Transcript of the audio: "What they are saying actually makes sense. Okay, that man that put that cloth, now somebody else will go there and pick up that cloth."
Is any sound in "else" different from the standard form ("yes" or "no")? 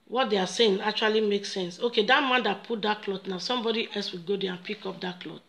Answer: no